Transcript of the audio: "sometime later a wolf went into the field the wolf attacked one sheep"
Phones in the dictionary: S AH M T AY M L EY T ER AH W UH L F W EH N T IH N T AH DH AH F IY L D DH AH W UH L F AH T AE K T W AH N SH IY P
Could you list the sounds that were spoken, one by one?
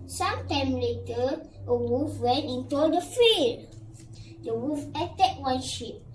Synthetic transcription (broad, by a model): S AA M T AY M L EY T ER AH W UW F W EH N T IH N T AH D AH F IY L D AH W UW F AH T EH T W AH N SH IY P